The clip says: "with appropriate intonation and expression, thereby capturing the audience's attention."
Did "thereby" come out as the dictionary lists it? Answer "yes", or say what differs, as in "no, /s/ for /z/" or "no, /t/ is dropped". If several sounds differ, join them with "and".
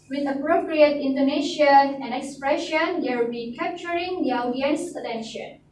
no, /l/ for /ɹ/